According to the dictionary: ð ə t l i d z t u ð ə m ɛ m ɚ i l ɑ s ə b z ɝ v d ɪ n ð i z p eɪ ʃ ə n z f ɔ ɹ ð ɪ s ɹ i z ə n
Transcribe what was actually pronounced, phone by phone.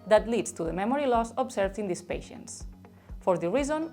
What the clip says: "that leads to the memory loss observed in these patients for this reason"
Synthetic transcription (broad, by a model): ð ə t l i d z t u ð ə m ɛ m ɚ i l ɑ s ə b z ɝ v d ɪ n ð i s p eɪ ʃ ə n s f ɔ ɹ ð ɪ ɹ i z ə n